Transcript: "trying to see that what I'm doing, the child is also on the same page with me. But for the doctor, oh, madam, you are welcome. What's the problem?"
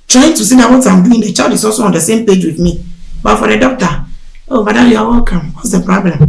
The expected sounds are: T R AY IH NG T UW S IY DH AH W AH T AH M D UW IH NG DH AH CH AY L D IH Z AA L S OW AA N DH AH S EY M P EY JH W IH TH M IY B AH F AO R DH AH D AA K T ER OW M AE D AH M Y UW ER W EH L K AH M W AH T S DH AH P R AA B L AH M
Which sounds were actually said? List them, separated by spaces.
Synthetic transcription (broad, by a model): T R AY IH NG T UW S IY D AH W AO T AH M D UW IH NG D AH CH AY D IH S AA S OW AA N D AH S EY M P EY JH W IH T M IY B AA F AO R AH D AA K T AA OW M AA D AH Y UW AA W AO K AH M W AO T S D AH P R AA B L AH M